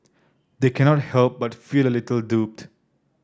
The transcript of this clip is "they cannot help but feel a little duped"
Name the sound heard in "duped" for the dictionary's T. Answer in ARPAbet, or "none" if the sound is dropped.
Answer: T